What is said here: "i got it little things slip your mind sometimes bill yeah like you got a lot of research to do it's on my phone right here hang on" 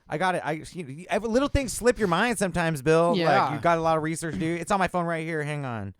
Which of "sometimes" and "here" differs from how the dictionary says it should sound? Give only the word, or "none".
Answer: none